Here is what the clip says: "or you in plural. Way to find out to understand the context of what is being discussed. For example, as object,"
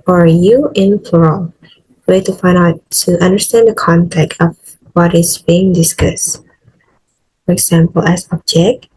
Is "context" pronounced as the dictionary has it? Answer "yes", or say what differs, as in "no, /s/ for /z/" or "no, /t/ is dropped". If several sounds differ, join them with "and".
no, /s/ is dropped